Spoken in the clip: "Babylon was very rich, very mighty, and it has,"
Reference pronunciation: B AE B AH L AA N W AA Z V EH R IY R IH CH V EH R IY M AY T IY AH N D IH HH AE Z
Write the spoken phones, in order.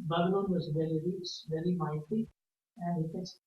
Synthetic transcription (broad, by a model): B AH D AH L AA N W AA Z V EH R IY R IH S V EH R IY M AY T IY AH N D IH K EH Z